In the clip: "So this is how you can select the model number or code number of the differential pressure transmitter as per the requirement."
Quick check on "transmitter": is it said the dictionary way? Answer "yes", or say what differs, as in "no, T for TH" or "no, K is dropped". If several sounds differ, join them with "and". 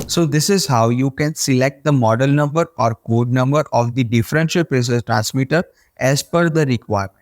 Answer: yes